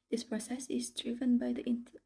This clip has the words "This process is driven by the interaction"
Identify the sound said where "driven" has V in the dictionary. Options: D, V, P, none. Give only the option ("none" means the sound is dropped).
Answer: V